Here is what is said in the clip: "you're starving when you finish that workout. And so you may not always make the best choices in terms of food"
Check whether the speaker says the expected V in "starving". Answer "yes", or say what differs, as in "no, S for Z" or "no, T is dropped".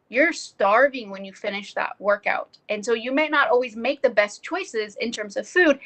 yes